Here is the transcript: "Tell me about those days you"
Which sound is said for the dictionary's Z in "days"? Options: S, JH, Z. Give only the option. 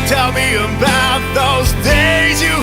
Z